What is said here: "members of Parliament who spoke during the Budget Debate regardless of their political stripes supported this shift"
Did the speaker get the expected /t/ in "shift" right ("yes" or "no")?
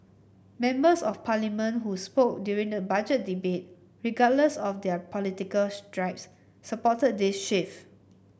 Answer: no